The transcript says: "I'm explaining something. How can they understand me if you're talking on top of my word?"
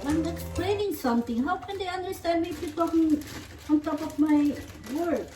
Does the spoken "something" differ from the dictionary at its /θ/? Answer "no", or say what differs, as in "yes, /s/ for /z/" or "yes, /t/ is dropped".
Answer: yes, /t/ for /θ/